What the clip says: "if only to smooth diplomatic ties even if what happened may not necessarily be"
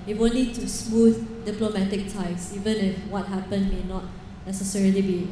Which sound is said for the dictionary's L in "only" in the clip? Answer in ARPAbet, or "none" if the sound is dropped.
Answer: none